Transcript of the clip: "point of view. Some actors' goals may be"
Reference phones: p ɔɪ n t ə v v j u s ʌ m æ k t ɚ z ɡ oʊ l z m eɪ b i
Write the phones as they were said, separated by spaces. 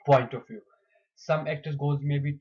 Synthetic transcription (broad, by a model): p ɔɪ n t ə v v j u s ʌ m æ k t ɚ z ɡ oʊ z m eɪ b i